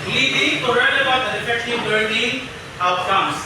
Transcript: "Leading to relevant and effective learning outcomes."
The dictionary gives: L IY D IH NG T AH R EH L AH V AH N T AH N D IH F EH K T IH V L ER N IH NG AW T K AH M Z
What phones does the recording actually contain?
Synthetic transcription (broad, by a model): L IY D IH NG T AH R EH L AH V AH T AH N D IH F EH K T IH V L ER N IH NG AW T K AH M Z